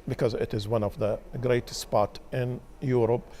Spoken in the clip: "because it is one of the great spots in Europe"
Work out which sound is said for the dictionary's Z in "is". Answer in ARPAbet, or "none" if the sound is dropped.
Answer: Z